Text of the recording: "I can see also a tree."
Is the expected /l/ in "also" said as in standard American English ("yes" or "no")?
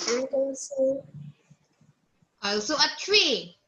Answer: no